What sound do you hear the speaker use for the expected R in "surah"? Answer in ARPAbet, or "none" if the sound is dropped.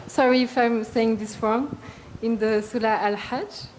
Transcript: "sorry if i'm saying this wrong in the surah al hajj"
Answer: L